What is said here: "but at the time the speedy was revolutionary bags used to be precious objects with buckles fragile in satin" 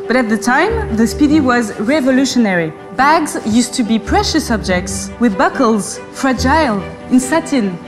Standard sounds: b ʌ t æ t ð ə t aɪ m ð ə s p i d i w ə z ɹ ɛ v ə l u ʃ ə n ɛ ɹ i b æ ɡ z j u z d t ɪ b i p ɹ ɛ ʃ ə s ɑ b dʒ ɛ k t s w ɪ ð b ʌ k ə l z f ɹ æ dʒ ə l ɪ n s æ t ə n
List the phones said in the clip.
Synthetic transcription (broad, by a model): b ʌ t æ t ð ə t aɪ m ð ə s p i d i w ə z ɹ ɛ v ə l u ʃ ə n ɛ ɹ i b æ ɡ z j u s t ɪ b i p ɹ ɛ ʃ ə s ɑ b dʒ ɛ k t s w ɪ ð b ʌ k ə l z f ɹ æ dʒ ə l ɪ n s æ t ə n